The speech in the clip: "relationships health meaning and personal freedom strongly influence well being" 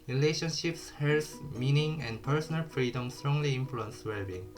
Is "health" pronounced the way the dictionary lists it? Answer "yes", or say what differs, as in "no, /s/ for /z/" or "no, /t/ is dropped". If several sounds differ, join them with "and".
no, /s/ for /θ/